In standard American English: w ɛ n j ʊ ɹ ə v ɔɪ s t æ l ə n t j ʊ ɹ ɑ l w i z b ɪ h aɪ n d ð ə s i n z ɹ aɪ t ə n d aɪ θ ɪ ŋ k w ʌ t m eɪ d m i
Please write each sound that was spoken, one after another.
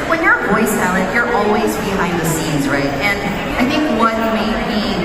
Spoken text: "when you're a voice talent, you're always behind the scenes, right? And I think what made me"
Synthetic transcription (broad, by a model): w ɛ n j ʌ ɹ v ɔɪ s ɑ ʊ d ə t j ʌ ɹ ɑ l w i z b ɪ h aɪ n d ð ə s i n z ɹ aɪ t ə n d aɪ θ ɪ ŋ k w ʌ t m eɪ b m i